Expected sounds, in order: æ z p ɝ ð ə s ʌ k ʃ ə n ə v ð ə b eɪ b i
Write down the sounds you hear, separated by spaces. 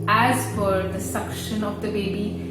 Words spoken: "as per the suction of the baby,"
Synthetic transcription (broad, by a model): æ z f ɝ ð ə s ʌ k ʃ ə n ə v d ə b eɪ b i